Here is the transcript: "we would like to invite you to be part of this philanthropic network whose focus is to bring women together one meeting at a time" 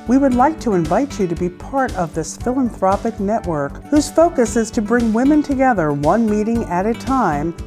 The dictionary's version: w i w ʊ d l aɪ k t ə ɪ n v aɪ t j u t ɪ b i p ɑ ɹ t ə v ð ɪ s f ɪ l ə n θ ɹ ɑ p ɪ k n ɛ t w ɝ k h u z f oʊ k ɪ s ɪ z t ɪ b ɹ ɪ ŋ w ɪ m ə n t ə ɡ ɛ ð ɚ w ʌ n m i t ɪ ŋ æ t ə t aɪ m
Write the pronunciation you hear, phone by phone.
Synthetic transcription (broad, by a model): w i w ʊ d l aɪ k t ə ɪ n v aɪ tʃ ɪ t ɪ b i p ɑ ɹ t ə v ð ɪ s f ɪ l ə n θ ɹ ɑ p ɪ k n ɛ t w ɝ k h u z f oʊ k ɪ s ɪ z t ɪ b ɹ ɪ ŋ w ɪ m ə n t ə ɡ ɛ ð ɚ w ʌ n m i t ɪ ŋ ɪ t ə t aɪ m